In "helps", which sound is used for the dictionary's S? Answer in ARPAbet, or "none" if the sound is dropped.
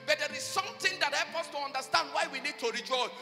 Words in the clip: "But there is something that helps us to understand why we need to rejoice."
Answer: none